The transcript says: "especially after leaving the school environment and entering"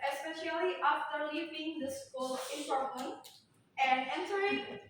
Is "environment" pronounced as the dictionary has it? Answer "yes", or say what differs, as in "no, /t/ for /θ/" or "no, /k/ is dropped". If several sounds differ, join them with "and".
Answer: no, /p/ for /v/